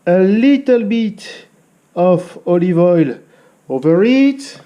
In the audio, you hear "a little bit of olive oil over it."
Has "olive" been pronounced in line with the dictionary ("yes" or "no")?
yes